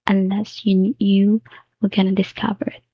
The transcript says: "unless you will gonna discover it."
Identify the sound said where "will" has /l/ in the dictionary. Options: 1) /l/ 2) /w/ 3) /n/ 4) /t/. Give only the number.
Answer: 2